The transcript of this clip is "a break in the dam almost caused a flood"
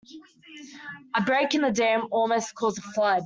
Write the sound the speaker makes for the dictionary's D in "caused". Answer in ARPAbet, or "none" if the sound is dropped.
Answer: none